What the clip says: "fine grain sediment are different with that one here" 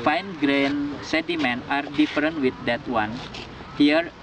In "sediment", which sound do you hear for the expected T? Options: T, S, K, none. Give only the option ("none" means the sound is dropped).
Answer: none